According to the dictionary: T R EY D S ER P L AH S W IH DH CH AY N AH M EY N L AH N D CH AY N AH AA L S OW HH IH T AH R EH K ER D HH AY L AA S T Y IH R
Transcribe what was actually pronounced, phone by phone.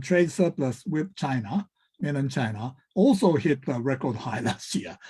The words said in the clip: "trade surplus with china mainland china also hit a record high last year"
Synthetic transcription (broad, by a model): T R EY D S ER P L AH S W IH DH CH AY N AH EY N AH N CH AY N AH AA L S OW HH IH T AH R EH K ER D HH AY L AA S T Y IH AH